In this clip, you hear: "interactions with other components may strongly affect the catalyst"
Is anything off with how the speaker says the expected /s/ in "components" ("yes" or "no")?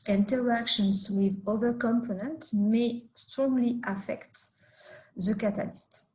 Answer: yes